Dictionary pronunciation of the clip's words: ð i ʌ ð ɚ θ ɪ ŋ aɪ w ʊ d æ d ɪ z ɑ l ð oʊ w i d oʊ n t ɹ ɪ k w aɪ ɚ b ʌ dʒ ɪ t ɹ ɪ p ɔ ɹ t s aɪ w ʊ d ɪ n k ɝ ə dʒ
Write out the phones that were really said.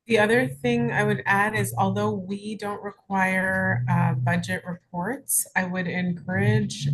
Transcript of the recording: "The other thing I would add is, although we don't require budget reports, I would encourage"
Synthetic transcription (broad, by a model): ð i ʌ ð ɚ θ ɪ ŋ aɪ w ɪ d æ d ɪ z ɑ l ð oʊ w i d oʊ n t ɹ ɪ k w aɪ ɚ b ʌ dʒ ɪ t ɹ ɪ p ɔ ɹ t s aɪ w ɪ d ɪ n k ɝ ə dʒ